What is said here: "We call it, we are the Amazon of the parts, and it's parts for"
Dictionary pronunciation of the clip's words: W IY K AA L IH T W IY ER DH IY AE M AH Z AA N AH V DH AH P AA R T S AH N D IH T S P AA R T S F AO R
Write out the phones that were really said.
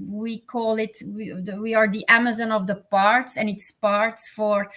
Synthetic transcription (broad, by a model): W IY K AA L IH T W IY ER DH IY AE M AH Z AA N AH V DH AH P AA R T S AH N IH T S P AA R T S F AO R